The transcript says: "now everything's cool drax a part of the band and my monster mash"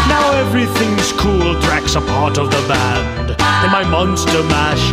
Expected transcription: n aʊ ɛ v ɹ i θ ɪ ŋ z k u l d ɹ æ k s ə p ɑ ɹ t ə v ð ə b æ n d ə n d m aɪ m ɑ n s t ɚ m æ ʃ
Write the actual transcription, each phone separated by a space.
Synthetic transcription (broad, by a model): n aʊ ɛ v ɹ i θ ɪ ŋ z k u l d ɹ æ k s ə p ɑ ɹ t ə v ð ə b æ n d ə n m aɪ m ɑ n s t ɚ m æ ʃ